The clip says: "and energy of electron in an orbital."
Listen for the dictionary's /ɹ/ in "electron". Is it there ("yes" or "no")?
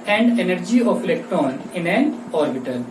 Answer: no